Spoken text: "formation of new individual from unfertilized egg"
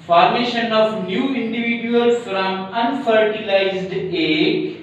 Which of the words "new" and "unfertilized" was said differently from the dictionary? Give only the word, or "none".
none